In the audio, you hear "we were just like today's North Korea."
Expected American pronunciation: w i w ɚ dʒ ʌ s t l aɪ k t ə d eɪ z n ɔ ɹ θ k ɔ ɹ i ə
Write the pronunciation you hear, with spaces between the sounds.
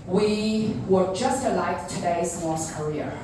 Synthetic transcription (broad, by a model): w i w ɚ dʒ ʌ s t l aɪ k t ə d eɪ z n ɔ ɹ s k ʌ ɹ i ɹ